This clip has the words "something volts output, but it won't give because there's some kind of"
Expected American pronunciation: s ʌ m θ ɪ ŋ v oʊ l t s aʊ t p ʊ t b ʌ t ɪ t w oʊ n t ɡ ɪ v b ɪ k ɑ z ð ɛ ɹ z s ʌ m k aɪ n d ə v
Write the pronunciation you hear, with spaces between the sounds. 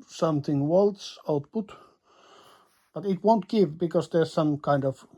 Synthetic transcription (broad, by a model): s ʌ m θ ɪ ŋ w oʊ l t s aʊ t p ʊ t b ʌ t ɪ t w oʊ n t ɡ ɪ v b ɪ k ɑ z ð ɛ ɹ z s ʌ m k aɪ n d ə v